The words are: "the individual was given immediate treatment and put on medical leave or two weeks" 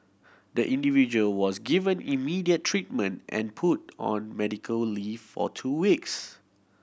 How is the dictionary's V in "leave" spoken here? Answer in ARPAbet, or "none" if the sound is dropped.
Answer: F